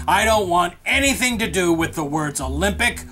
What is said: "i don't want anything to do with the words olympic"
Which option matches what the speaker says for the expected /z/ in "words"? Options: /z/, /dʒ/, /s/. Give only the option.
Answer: /z/